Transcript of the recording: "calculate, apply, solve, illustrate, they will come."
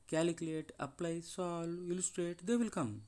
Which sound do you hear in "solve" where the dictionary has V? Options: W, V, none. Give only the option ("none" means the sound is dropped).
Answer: none